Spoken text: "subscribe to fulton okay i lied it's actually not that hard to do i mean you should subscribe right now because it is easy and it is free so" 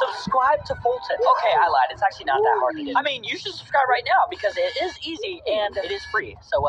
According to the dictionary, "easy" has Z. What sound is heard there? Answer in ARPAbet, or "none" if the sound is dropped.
Z